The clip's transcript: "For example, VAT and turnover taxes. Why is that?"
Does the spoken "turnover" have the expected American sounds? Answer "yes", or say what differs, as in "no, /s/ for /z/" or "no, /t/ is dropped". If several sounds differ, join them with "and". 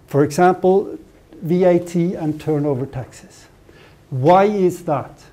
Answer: yes